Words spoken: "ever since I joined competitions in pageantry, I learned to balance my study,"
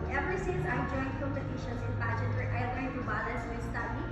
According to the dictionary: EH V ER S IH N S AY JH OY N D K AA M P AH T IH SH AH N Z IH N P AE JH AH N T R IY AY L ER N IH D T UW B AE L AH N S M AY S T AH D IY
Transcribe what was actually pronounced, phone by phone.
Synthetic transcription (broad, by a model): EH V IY S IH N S AY JH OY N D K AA M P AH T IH SH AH N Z IH N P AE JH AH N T IY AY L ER IH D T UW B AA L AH S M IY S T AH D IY